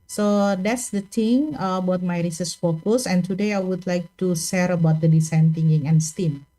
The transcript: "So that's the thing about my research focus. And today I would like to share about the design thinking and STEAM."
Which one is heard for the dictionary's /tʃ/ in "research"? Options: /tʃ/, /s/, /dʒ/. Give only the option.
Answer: /s/